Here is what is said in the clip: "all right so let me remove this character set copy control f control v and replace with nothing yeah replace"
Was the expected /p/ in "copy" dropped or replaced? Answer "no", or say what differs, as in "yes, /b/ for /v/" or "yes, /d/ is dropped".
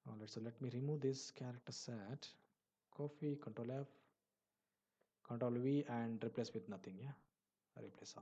yes, /f/ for /p/